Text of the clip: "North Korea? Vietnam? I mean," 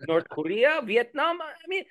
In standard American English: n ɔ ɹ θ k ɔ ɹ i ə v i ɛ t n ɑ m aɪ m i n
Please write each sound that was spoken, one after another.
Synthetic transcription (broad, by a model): n ɔ ɹ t k ɔ ɹ i ə v i ɛ t n ɑ m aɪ m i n